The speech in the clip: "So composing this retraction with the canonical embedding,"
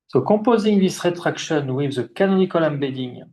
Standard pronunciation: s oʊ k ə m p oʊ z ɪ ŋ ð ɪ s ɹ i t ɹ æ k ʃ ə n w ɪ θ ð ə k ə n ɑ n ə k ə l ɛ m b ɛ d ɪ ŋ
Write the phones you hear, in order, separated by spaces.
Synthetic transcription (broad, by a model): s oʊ k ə p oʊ z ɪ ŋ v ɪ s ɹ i t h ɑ k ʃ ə n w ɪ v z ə k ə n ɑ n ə k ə l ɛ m b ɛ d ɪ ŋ